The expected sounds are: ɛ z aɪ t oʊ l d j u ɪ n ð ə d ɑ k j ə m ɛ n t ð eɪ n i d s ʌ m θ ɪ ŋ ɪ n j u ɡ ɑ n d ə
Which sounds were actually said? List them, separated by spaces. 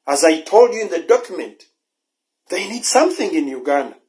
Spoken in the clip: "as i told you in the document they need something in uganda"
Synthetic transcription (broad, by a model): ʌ z aɪ t oʊ l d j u ɪ n ð ə d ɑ k j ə m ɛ n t ð eɪ n i d s ʌ m θ ɪ ŋ ɪ n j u ɡ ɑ n